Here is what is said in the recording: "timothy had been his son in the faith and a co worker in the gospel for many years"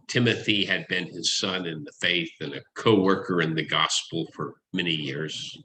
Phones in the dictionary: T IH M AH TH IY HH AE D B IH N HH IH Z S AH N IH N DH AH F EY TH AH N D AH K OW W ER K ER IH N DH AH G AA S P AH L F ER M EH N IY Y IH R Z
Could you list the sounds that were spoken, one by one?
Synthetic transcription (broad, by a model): T IH M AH TH IY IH D B IH N IH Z S AH N IH N DH AH F EY TH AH N AH K OW W ER K ER IH N DH AH G AA S P L F ER M EH N IY Y IH R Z